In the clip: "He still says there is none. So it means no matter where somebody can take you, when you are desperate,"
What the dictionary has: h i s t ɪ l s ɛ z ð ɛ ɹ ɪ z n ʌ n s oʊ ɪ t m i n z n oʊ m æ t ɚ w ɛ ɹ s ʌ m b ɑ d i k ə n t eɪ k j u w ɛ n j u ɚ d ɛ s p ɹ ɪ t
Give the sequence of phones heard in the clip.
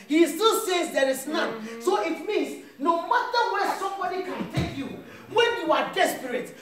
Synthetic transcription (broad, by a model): h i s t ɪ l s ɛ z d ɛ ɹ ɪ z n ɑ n s oʊ ɪ t m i n s n oʊ m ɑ t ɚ w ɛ s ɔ m b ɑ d i k ə n t eɪ k j u w ɛ n j u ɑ d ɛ s p ɹ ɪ t